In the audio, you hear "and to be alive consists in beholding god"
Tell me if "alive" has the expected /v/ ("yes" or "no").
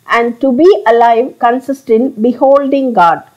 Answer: yes